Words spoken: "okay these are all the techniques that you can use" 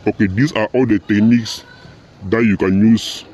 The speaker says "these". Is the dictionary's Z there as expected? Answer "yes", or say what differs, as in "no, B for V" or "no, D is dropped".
no, S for Z